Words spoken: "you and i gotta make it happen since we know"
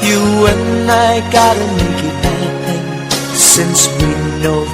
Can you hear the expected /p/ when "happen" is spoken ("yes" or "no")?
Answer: no